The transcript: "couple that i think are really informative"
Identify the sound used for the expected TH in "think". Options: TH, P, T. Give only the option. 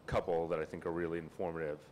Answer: TH